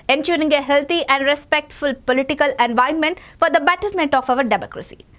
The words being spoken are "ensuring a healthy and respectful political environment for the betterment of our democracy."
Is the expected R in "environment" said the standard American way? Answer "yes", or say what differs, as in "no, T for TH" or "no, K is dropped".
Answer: no, R is dropped